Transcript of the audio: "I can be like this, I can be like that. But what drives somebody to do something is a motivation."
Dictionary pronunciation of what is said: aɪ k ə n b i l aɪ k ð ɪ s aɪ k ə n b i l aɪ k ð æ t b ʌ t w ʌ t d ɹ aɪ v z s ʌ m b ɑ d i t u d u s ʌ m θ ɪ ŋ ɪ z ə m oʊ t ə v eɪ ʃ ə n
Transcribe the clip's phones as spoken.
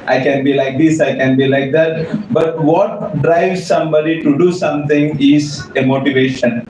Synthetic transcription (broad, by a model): aɪ k ə n b i l aɪ k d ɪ s aɪ k ə n b i l aɪ k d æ t b ʌ t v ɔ t d ɹ aɪ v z s ʌ m b ɑ d i t u d u s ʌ m t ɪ ŋ ɪ z ə m oʊ t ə v eɪ ʃ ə n